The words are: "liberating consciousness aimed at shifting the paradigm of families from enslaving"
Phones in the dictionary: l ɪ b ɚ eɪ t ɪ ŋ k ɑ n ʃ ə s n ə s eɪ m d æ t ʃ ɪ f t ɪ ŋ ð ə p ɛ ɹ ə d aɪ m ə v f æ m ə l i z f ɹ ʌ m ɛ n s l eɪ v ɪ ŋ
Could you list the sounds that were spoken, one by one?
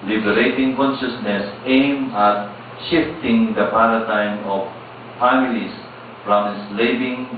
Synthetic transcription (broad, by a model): l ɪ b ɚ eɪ t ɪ ŋ k ɑ n ʃ ə s n ə s eɪ m ɑ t ʃ ɪ f t ɪ ŋ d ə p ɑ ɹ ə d aɪ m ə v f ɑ m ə l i s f ɹ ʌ m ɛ s l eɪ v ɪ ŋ